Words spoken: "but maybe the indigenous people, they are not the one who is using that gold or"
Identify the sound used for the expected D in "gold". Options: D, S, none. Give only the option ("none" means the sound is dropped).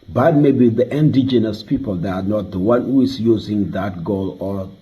none